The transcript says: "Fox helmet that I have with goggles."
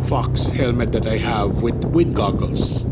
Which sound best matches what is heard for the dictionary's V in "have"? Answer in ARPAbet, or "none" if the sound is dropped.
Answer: V